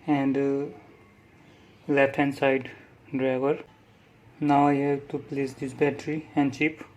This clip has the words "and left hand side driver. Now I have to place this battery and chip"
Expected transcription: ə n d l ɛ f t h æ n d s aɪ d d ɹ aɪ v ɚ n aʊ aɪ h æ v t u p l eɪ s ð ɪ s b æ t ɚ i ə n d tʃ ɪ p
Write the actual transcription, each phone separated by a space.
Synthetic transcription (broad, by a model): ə n d l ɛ t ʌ n s aɪ d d ɹ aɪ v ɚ n aʊ aɪ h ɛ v t u p l eɪ s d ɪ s b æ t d i ə n d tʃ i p